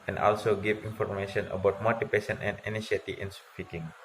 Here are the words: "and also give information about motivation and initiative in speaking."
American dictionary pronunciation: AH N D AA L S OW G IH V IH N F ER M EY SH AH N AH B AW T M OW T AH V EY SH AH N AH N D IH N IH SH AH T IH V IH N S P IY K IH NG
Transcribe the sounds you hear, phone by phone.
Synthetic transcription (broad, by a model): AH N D AA L S OW G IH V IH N F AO M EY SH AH N AH B AW T M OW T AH P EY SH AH N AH N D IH N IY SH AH T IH IH N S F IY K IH NG